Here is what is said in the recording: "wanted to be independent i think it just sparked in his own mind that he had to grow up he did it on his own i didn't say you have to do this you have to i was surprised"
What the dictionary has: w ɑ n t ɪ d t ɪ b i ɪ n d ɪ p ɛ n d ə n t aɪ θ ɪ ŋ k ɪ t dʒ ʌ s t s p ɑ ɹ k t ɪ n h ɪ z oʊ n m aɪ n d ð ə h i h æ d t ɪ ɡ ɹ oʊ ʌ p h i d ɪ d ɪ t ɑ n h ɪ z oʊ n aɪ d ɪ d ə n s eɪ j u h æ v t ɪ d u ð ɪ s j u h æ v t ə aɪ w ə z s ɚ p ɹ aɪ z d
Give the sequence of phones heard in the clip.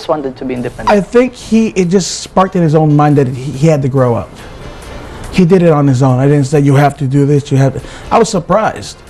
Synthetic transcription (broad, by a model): w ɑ n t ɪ d t ɪ b i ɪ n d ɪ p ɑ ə θ ɪ ŋ k ɪ t dʒ ʌ s t s p ɑ ɹ k t ɪ n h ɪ z oʊ n m aɪ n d ð ə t i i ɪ d t ɪ ɡ ɹ oʊ ʌ p h i d ɪ d ɪ t n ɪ z oʊ n aɪ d ɪ d n s eɪ j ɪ h æ f t ɪ d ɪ ð ɪ s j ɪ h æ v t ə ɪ w ə z s ɚ p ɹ aɪ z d